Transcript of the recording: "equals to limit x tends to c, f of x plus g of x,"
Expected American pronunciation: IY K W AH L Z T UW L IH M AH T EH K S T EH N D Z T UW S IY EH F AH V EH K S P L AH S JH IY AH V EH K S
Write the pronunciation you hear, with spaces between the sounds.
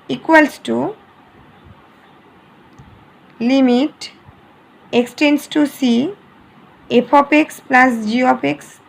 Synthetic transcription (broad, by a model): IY K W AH L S T UW L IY M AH T EH K S T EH N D S T UW S IY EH P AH P EH K S P L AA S JH IY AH P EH K S